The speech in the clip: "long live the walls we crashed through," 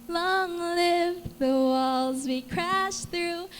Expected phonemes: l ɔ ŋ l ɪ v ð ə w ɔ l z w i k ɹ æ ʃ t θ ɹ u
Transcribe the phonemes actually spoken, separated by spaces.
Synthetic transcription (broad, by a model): l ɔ ŋ l ɪ v ð ə w ɔ l z w i k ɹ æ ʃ θ ɹ u